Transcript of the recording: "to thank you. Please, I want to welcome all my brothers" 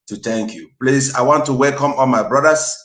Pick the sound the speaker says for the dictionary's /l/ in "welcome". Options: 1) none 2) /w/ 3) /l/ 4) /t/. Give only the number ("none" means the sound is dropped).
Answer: 3